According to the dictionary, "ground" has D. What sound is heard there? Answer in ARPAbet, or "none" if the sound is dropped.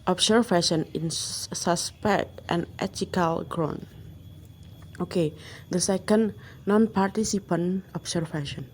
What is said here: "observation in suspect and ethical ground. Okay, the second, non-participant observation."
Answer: none